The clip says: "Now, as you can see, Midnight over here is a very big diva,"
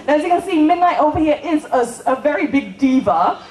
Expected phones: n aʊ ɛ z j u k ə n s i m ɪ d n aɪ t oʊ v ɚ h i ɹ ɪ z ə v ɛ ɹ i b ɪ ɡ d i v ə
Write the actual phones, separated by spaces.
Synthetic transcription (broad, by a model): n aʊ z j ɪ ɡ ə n s i m ɪ d n aɪ t oʊ v ɚ h i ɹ ɪ s ə v ɛ ɹ i b ɪ ɡ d i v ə